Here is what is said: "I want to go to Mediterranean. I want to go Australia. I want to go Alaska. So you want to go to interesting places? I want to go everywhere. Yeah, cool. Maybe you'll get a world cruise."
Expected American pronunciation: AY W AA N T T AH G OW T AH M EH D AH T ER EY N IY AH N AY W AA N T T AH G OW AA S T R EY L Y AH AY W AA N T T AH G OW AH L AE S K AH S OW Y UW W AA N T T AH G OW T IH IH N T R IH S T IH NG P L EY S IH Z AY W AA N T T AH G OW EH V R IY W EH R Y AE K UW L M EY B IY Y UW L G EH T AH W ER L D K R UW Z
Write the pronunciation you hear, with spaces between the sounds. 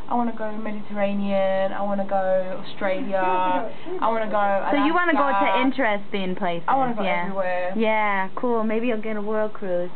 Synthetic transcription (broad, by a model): AY W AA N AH G OW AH M EH D AH T ER EY N IY AH N AY W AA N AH G OW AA S T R EY L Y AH AY W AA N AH G OW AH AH S OW Y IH W AA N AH G OW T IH IH N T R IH S T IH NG P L EY IH S AY W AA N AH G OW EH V R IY W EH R Y AE K UW L M EY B IY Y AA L G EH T AH W ER L D K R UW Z